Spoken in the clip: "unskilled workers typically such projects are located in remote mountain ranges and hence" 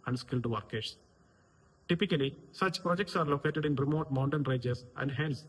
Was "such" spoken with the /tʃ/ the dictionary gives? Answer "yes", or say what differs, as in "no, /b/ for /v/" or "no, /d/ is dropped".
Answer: yes